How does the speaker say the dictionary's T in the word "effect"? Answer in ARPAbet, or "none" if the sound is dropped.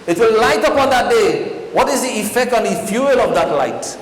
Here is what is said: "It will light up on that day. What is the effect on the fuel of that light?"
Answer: T